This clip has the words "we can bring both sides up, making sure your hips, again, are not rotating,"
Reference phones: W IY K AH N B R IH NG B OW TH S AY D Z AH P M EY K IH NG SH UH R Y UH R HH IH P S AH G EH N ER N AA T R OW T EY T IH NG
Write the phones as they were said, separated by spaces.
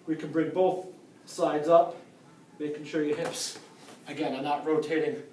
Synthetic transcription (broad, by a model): W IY K AH N B R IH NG B OW TH S AY D Z AH P M EY K IH NG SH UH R Y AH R HH IH P S AH G EH N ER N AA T R OW T EY T IH NG